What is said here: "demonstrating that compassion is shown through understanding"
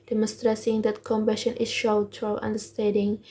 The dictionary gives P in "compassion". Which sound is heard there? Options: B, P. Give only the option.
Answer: B